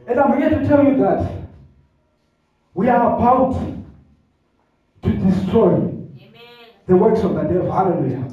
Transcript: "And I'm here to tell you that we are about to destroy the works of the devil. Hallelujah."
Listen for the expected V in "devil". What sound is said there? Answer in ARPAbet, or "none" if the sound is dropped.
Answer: none